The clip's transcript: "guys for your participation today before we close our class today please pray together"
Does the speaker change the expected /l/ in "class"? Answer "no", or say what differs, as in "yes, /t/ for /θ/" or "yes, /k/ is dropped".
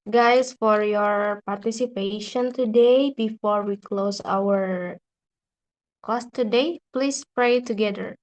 yes, /l/ is dropped